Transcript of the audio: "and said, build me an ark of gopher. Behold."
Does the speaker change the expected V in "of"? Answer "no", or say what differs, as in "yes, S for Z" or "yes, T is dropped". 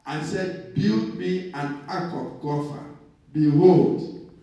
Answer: yes, P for V